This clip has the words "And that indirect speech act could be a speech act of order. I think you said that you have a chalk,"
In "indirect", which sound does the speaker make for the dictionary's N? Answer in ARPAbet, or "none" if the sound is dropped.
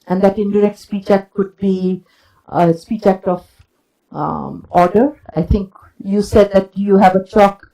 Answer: N